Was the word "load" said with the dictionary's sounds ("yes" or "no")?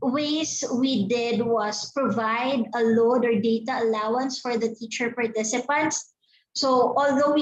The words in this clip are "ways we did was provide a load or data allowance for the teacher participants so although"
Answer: yes